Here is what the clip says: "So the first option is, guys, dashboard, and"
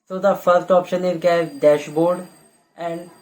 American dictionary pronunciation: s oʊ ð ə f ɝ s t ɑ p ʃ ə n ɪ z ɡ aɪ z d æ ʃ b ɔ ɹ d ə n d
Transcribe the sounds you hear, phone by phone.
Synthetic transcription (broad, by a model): s oʊ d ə f ɝ s t ɑ p ʃ ə n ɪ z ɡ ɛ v d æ ʃ b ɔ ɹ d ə n d